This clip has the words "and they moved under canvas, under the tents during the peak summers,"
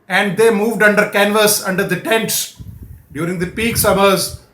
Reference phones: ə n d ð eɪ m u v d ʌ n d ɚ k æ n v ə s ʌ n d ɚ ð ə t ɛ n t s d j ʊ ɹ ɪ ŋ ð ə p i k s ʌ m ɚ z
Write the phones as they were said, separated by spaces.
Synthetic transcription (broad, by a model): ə n d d eɪ m u v d ʌ n d ɚ k æ n v ə s ʌ n d ɚ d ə t ɛ n t s d j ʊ ɹ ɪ ŋ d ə p i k s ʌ m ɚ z